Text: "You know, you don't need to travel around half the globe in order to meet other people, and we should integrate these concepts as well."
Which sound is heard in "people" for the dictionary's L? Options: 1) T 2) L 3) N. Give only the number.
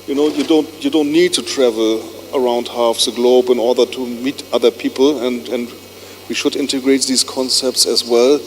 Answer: 3